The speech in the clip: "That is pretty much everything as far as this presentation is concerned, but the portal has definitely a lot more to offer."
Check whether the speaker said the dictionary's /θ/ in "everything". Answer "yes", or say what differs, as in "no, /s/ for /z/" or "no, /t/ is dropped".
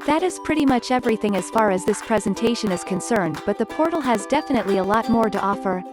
yes